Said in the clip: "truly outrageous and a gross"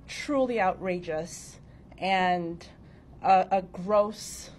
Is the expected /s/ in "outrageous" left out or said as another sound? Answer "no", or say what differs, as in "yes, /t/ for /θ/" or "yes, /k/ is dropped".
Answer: no